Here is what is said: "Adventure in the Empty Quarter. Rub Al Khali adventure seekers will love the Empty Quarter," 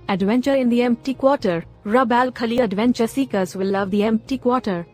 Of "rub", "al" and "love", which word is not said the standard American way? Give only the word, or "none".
none